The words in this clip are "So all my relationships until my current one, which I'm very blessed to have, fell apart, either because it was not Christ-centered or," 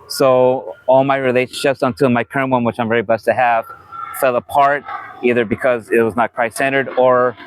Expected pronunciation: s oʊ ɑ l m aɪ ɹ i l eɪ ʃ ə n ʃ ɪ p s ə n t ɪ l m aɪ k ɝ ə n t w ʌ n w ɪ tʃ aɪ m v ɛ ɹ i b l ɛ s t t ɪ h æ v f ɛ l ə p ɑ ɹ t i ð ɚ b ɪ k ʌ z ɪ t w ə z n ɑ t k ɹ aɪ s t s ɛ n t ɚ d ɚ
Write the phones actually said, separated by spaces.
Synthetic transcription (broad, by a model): s oʊ ɑ l m aɪ ɹ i l eɪ ʃ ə n ʃ ɪ p s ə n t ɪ m aɪ k ɝ ə n t w ʌ n w ɪ tʃ aɪ m v ɛ ɹ i b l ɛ s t t ɪ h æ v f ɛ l ə p ɑ ɹ t i ð ɚ b ɪ k ʌ z ɪ t w ə z n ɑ t k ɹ aɪ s s ɛ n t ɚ d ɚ